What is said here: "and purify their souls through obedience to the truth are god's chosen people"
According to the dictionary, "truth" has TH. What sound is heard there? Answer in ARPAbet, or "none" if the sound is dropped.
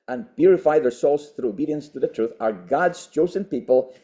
TH